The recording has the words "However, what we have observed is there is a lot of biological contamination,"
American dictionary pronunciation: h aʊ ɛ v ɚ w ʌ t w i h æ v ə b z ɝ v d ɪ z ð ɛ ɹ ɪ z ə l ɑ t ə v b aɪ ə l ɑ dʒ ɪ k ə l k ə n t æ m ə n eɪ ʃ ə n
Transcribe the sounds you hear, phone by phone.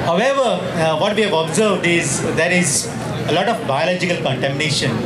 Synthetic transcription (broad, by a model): h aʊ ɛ v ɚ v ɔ t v i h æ v ə b z ɝ v d ɪ z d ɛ ɹ ɪ z ə l ɑ t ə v b aɪ ə l ɑ dʒ ɪ k ə l k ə n t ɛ m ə n eɪ ʃ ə n